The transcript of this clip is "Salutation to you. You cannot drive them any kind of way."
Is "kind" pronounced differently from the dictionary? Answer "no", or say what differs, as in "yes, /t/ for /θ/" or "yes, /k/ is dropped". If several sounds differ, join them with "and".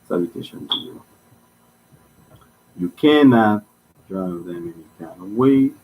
yes, /d/ is dropped